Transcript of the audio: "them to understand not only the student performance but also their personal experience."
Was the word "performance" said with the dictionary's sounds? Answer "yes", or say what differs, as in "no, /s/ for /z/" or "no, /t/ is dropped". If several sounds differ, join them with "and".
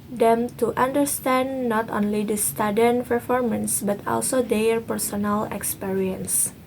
yes